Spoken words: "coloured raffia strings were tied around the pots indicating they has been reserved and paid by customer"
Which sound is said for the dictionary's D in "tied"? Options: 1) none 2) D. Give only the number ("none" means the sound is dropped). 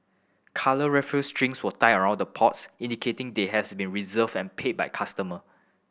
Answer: 1